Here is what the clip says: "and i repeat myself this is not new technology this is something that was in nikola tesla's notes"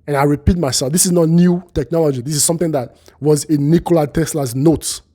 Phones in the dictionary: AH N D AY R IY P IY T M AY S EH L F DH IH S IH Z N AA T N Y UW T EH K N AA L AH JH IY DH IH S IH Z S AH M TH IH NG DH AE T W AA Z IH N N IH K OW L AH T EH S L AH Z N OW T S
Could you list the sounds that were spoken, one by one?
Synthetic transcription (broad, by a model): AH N AY R IY P IY T M AY S EH L F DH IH S IH Z N AA T N Y UW T EH K N AA L AH JH IY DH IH S IH Z S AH M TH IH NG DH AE T W AA Z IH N N IH K OW L AH T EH S L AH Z N OW T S